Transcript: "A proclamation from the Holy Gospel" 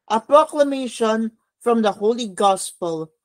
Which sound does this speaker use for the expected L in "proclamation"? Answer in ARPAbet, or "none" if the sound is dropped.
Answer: L